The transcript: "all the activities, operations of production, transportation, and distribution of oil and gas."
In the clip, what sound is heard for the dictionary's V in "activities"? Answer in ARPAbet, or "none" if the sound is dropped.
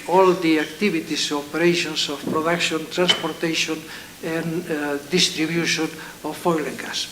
B